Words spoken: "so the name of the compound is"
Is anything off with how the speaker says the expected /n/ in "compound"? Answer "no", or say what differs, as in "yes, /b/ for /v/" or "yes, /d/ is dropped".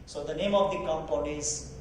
yes, /n/ is dropped